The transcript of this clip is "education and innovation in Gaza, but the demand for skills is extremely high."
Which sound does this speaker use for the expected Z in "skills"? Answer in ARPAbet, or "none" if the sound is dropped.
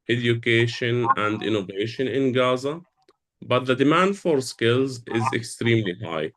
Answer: Z